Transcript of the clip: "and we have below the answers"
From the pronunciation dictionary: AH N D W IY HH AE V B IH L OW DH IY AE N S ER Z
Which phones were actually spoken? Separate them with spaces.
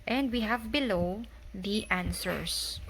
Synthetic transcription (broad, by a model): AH N D W IY HH AE V B IH L OW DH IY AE N S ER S